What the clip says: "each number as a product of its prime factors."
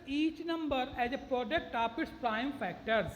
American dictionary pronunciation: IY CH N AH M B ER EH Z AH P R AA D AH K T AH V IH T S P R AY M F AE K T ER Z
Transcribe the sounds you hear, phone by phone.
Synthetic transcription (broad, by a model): IY CH N AH M B ER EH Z AH P R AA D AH K T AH P IH T S P R AY M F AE K T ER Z